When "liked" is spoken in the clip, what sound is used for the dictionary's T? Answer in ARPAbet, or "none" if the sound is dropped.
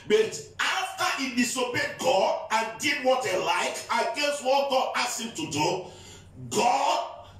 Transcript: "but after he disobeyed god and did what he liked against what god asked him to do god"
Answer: none